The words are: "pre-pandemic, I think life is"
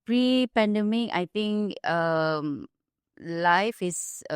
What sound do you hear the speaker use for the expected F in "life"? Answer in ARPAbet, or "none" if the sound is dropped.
F